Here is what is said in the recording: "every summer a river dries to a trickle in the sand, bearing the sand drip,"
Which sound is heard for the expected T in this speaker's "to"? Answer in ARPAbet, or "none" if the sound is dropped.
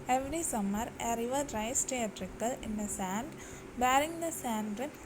T